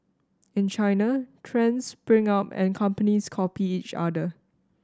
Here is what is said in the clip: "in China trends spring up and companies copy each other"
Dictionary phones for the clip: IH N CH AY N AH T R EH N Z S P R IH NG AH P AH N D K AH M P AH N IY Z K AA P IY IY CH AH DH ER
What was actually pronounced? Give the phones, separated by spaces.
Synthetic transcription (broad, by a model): IH N CH AY N AH T R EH N S B R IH NG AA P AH N K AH M P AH N IY S K AA P IY IY CH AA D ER